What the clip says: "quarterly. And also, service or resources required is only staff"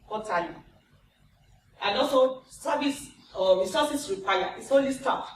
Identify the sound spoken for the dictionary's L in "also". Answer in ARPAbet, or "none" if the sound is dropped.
none